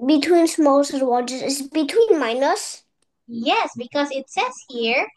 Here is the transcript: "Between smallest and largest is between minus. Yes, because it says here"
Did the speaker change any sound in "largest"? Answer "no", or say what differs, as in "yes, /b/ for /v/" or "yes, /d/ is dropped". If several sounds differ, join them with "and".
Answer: yes, /t/ is dropped